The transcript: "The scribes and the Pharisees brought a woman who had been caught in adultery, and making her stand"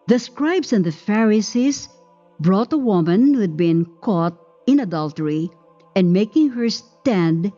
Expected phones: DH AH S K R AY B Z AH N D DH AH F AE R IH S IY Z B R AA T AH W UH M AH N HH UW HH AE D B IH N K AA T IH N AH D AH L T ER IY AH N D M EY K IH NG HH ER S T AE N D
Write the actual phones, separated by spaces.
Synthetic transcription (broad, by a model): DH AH S K R AY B S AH N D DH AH F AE R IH S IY S B R AA T AH W UH M AH N HH UW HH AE D B IH N K AA T IH N AH D AH L T ER IY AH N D M EY K IH NG HH ER S T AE N D